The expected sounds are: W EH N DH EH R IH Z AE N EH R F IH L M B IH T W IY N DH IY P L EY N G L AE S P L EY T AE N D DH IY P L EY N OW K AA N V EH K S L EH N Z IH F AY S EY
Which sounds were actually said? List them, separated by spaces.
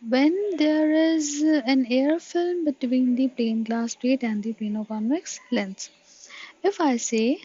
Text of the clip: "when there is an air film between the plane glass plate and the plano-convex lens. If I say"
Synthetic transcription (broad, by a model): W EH N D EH R IH Z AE N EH R F IH L M B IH T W IY N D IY P L EY N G L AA S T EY T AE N D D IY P EY N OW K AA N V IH K S L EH N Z IH F AY S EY